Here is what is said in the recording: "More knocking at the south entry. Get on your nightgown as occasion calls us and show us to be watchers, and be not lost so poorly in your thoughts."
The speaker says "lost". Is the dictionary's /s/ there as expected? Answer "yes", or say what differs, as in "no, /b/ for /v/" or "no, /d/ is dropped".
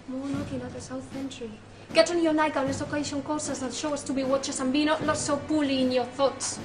no, /s/ is dropped